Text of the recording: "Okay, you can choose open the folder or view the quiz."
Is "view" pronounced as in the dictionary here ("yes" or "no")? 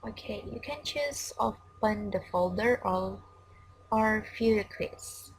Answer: no